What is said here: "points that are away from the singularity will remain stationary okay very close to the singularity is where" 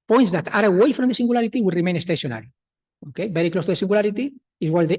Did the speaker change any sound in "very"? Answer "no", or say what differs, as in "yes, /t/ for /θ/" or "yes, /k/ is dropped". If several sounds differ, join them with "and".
yes, /b/ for /v/